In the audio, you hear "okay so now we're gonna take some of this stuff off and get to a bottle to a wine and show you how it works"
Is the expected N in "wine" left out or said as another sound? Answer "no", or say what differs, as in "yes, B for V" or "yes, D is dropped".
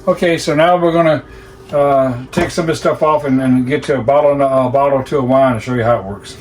yes, N is dropped